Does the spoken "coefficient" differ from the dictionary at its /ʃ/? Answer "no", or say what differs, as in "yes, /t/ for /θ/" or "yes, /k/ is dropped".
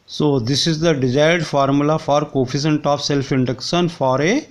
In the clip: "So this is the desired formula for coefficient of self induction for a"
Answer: yes, /s/ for /ʃ/